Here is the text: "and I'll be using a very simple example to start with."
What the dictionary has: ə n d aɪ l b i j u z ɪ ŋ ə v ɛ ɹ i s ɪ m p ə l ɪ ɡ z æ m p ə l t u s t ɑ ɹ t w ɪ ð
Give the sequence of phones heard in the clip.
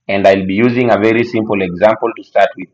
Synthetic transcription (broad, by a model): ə n d aɪ l b i j u z ɪ ŋ ə v ɛ ɹ i s ɪ m p ə l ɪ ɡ z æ m p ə l t u s t ɑ ɹ t w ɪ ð